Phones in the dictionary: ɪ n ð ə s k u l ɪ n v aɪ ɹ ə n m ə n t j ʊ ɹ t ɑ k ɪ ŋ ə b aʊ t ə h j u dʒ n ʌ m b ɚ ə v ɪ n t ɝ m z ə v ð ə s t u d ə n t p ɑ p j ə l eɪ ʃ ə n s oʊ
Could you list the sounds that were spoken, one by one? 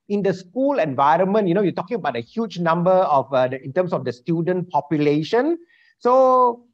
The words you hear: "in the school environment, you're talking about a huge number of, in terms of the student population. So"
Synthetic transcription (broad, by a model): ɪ n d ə s k u l ɪ n v aɪ ɹ ə n m ə n t j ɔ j t ɑ k ɪ ŋ ə b aʊ t ə h j u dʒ n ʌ m b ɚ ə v ɪ n t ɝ m s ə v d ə s t u d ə n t p ɑ p j ə l eɪ ʃ ə n s oʊ